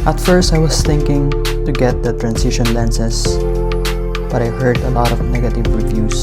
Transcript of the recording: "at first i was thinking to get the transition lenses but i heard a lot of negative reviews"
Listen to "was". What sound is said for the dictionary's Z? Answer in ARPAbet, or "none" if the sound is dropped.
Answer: S